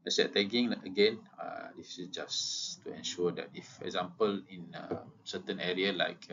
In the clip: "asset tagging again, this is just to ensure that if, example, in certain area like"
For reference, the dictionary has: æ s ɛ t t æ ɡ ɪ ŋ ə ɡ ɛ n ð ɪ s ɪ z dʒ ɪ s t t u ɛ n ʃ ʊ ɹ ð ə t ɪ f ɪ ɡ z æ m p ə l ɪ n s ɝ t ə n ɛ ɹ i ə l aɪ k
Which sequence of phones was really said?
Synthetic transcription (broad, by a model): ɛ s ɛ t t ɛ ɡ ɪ ŋ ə ɡ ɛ n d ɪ s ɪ s dʒ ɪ s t t u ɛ n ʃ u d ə t ɪ f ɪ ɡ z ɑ m p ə l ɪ n s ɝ t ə n ɛ ɹ i ə l aɪ k